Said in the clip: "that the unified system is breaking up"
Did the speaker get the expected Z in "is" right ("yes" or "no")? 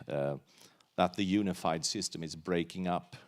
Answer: yes